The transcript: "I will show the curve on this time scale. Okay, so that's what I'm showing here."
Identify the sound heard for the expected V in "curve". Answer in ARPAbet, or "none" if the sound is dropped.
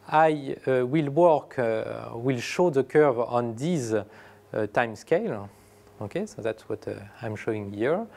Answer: V